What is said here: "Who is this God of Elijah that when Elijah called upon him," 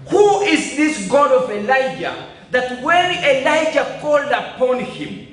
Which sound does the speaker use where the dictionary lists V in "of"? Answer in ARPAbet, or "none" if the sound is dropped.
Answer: V